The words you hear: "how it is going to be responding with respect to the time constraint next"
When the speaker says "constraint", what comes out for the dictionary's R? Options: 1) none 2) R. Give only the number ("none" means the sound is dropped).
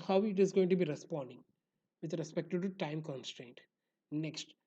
2